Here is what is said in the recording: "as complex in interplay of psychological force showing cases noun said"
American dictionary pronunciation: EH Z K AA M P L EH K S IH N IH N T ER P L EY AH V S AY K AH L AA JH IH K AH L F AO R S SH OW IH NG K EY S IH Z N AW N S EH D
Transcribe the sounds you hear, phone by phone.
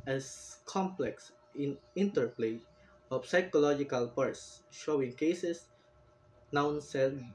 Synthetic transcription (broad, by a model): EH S K AA M P L EH K S IH N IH N T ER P L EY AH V S AY K AH L AA JH IH K AH L P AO R S SH OW IH NG K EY S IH S N AW N S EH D